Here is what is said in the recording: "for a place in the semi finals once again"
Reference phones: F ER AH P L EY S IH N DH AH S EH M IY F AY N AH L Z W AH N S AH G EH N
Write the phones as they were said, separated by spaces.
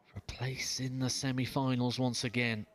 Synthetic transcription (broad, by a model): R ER AH P L EY S IH N DH AH S EH M IY F AY N AH L Z W AH N S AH G EH N